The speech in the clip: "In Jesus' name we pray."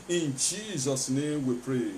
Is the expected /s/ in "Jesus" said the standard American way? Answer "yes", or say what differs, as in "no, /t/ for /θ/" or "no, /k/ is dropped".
yes